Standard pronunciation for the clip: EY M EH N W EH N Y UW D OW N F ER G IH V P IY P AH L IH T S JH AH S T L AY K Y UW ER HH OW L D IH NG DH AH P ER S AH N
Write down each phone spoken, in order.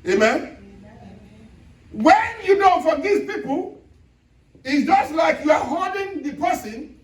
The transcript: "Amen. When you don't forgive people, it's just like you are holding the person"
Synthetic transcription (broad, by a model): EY M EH N W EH N Y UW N OW F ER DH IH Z P IY P AH L IH T S JH AH S T L AY K Y UW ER HH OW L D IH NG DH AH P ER S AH N